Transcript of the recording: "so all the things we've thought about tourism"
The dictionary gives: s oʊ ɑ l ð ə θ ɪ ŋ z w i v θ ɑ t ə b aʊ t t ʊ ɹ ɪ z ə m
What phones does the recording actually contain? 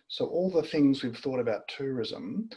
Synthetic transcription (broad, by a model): s oʊ ɑ l ð ə θ ɪ ŋ z w i v θ ɑ t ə b aʊ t t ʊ ɹ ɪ z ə m